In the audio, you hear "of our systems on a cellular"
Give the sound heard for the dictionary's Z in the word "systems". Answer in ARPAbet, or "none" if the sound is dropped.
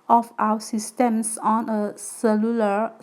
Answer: S